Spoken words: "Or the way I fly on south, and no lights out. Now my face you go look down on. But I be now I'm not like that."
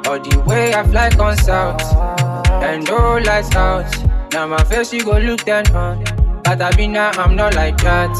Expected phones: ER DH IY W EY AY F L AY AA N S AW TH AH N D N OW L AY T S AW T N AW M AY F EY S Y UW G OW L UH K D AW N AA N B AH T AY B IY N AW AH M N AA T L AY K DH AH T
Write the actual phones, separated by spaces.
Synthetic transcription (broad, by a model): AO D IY W EY AY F L AY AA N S AW T AH N D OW L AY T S AW T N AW M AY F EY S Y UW G OW L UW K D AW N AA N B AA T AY B IY N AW AH M N AA T L AY K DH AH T